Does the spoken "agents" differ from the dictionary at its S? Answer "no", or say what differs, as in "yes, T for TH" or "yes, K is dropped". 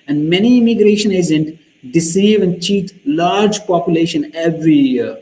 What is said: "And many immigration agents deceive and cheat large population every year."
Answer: yes, S is dropped